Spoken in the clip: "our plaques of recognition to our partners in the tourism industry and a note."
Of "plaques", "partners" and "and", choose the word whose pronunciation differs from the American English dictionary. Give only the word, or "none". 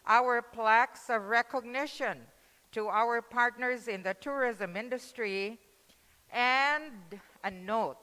none